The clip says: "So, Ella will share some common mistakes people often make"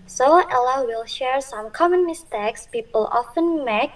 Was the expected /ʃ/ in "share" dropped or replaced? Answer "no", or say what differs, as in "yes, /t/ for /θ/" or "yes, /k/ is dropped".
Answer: no